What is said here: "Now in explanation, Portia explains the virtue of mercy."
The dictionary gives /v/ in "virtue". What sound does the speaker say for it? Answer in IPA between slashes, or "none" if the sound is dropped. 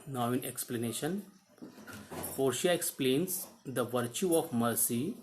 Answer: /v/